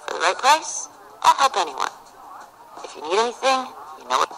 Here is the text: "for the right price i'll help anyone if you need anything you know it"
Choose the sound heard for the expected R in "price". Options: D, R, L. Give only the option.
L